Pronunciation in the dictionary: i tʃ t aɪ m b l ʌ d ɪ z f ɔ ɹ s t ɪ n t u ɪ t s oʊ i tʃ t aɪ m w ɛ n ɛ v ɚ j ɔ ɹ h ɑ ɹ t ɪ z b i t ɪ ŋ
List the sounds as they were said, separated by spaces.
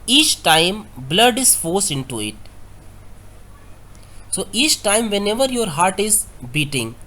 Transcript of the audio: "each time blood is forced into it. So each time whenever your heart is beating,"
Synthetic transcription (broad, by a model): i tʃ t aɪ m b l ʌ d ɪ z f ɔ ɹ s ɪ n t u ɪ t s oʊ i tʃ t aɪ m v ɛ n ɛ v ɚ j ɔ ɹ h ɑ ɹ t ɪ z b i t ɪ ŋ